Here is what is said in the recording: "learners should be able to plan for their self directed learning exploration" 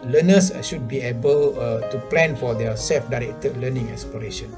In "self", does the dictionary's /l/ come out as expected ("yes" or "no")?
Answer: yes